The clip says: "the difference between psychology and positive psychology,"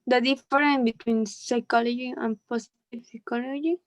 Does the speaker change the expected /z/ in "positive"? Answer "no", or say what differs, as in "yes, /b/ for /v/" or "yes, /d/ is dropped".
yes, /s/ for /z/